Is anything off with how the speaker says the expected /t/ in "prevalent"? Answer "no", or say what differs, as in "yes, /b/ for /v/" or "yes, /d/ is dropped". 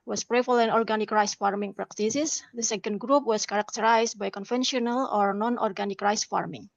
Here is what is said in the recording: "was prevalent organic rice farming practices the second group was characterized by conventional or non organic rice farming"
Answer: yes, /t/ is dropped